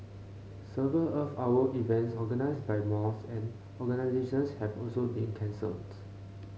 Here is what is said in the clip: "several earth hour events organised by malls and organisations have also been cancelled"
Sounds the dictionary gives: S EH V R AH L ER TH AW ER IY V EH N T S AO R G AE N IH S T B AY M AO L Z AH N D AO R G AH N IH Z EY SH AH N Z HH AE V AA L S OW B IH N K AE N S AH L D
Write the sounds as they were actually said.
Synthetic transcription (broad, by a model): S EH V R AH L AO F AW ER IY V EH N T S AO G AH N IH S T B AY M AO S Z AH N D AO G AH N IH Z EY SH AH N S HH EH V AA L S OW B IH N K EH N S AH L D